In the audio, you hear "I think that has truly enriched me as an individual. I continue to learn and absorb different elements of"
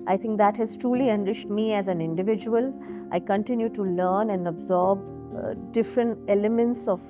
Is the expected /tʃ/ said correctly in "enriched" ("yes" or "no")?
no